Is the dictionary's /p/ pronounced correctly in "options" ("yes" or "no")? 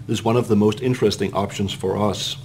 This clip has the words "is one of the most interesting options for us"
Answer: yes